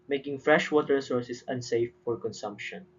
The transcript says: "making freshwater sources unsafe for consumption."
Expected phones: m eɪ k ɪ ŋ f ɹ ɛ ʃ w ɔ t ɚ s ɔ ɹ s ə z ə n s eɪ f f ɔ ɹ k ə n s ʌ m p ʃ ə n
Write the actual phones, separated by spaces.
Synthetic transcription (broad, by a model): m eɪ k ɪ ŋ f ɹ ɛ ʃ w ɔ t ɚ s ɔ ɹ s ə s ə n s eɪ f f ɔ ɹ k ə n s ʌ m p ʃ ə n